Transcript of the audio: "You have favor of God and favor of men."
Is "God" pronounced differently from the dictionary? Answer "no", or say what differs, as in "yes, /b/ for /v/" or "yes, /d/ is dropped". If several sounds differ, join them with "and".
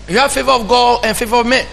yes, /d/ is dropped